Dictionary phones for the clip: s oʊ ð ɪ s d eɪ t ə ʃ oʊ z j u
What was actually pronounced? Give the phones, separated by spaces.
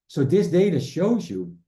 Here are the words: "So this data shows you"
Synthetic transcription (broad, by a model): s oʊ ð ɪ s d eɪ t ə ʃ oʊ z j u